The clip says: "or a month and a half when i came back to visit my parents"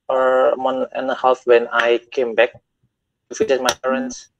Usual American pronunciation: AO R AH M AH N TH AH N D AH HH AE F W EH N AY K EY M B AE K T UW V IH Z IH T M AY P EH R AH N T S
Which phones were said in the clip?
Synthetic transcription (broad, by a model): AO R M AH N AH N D AH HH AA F W EH N AY K EY M B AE K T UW F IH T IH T M AY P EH R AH N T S